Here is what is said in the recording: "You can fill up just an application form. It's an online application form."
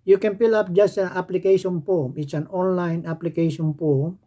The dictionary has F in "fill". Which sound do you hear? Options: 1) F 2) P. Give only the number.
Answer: 2